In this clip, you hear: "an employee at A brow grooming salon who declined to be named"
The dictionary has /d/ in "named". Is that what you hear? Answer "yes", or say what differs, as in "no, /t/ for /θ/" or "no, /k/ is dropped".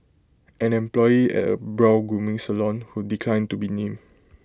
no, /d/ is dropped